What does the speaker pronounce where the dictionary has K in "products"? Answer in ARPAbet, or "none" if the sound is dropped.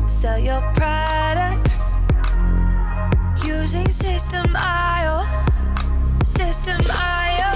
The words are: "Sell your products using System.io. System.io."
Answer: K